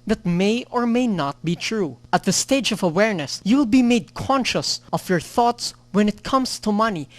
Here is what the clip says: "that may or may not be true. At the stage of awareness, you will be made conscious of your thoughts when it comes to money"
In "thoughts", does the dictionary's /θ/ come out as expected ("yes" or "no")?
yes